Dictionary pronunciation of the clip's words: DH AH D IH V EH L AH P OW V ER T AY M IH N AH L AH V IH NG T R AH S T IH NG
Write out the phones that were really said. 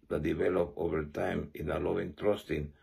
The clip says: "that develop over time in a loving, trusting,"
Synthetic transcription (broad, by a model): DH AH D IH V EH L AH P OW V ER T AY M IH N AH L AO IH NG T R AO S T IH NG